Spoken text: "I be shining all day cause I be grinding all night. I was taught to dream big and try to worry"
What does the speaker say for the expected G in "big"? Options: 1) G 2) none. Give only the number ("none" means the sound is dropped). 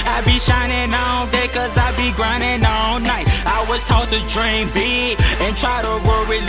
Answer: 2